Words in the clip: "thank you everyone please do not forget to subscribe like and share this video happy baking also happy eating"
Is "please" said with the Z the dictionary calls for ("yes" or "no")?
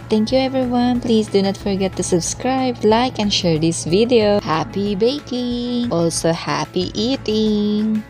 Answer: no